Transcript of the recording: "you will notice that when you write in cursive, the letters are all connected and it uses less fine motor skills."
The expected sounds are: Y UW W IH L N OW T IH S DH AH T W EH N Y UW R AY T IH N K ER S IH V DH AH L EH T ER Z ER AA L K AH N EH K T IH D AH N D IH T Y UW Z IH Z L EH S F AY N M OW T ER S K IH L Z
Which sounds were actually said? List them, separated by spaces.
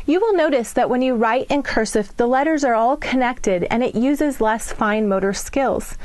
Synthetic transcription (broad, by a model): Y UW W IH L N OW T IH S DH AH T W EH N Y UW R AY T IH N K ER S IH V DH AH L EH T ER Z ER AA L K AH N EH K T IH D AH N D IH T Y UW Z IH Z L EH S F AY N M OW T ER S K IH L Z